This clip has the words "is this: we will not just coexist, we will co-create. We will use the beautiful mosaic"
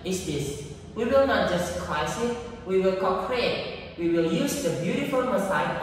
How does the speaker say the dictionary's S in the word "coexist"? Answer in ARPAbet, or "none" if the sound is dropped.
none